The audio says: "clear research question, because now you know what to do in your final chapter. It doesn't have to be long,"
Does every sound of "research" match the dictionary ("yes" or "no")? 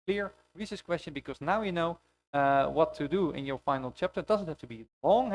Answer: no